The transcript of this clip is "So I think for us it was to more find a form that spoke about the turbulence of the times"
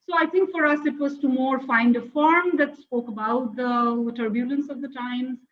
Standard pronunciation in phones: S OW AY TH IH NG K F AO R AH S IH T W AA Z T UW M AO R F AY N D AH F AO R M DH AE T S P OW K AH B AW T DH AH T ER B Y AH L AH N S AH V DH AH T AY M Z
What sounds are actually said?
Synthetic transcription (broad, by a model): S OW AY T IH NG K F AO R AH S IH T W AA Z T UW M AO R F AY N D AH F AO R M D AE T S P OW K AH B AW T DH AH T ER B Y AH L AH N S AH V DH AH T AY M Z